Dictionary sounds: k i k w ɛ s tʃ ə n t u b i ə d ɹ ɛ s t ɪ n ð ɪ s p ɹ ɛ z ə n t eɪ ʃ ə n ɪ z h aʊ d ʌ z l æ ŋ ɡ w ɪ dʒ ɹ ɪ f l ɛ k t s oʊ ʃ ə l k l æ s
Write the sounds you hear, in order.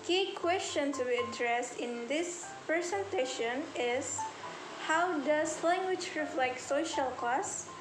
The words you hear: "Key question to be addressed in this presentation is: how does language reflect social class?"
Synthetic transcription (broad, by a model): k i k w ɛ s tʃ ə n t u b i ə d ɹ ɛ s t ɪ n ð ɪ s p ɹ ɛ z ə n t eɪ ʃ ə n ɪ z h aʊ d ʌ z l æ ŋ ɡ w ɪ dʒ ɹ ɪ f l ɛ k t s oʊ ʃ ə l k l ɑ s